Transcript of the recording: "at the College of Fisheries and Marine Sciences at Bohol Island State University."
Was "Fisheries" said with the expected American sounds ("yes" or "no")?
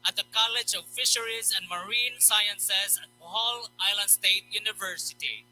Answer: yes